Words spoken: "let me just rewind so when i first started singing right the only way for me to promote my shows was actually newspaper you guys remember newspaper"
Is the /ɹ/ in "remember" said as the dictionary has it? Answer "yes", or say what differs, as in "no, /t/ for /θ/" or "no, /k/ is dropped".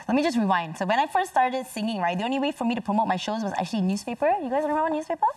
no, /w/ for /ɹ/